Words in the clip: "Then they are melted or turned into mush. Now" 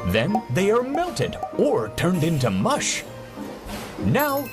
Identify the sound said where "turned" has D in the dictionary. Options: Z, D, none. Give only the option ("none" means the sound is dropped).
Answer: D